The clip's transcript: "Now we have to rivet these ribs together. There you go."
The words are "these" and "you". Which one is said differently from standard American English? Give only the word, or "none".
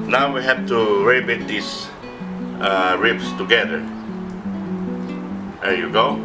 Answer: these